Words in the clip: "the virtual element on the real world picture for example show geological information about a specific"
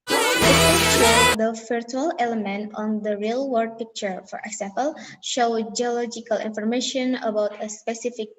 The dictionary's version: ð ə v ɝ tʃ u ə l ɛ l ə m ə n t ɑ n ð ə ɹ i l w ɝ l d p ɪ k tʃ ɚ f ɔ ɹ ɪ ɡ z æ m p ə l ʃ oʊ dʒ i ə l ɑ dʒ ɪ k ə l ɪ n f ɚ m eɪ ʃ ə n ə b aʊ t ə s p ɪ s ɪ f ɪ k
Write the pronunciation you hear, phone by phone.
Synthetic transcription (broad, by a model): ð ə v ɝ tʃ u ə l ɛ l ə m ə n t ɑ n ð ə ɹ i l w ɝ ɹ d p ɪ k tʃ ɚ f ɔ ɹ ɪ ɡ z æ m p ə l ʃ oʊ dʒ i ə l ɑ dʒ ɪ k ə l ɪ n f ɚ m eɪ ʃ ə n ə b aʊ t ə s p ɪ s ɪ f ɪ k